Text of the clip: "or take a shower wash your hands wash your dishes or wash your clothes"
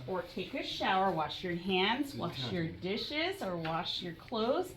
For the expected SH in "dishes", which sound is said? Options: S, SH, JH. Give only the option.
SH